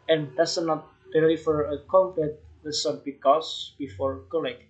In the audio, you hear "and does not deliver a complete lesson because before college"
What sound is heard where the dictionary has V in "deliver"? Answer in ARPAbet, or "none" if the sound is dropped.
F